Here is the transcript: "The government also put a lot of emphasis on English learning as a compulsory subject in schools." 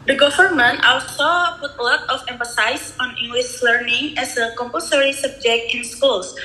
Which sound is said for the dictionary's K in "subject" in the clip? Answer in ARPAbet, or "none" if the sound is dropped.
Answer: K